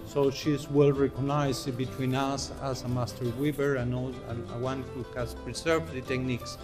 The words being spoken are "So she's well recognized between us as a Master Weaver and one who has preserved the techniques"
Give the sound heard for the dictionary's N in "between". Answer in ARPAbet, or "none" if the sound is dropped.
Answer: N